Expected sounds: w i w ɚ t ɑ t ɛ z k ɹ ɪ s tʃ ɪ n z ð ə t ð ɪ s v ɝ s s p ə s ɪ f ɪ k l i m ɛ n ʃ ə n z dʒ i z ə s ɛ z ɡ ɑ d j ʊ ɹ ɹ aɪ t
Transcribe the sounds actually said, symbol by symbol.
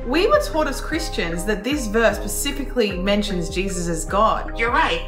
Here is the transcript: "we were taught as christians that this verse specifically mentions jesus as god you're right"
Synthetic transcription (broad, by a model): w i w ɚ t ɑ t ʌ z k ɹ ɪ s tʃ ɪ n z ð ə t ð ɪ s v ɝ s s p ə s ɪ f ɪ k l i m ɛ n ʃ ə n z dʒ i z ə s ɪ z ɡ ɑ d j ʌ ɹ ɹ aɪ t